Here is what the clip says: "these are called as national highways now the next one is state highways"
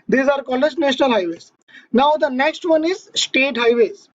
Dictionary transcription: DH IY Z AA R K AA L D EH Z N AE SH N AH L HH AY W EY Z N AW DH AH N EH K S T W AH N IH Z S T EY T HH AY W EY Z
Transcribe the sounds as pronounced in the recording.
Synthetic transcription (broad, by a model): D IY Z AA R K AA L EH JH N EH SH N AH L HH AY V EY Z N AW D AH N EH K S T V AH N IH Z S T EY T HH AY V EY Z